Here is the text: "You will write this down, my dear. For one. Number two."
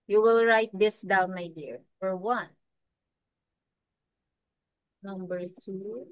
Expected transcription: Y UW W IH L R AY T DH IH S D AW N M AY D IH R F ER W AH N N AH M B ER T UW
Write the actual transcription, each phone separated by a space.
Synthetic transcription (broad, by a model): Y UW W IH L R AY T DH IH S D AW N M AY D IH R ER W AH N N AH M B ER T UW